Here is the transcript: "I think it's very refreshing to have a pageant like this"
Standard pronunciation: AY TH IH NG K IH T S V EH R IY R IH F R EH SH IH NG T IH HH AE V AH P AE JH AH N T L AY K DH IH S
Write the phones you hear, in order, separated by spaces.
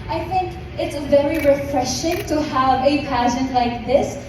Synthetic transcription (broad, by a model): AY TH IH NG K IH T S V EH R IY R IH F R EH SH IH NG T IH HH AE V AH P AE SH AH N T L AY K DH IH S